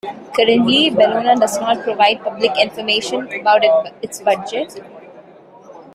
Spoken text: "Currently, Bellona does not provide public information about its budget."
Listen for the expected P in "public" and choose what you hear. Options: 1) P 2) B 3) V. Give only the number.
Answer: 1